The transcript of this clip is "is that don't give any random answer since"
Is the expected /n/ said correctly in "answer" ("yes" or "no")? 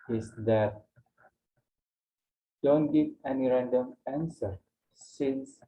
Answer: yes